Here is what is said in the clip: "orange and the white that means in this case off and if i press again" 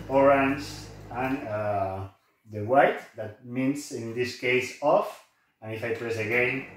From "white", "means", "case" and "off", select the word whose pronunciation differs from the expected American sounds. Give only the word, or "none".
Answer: means